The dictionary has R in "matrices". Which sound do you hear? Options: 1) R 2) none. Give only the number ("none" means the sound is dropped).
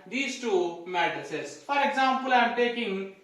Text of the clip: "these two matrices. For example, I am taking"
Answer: 2